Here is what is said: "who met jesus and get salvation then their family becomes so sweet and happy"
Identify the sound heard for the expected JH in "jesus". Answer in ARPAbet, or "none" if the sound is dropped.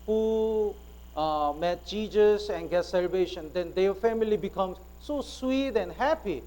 CH